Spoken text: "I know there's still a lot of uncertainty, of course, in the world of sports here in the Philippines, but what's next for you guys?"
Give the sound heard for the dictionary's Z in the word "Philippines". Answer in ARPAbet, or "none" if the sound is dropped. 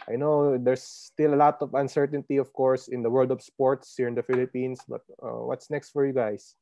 S